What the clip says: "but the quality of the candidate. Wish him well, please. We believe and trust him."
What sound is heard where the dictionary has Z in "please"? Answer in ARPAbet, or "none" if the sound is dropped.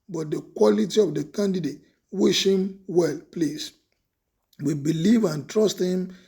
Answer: S